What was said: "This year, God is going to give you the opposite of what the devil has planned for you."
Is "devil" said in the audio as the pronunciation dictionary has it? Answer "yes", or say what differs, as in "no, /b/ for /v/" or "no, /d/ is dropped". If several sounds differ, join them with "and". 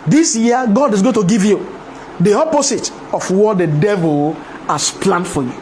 yes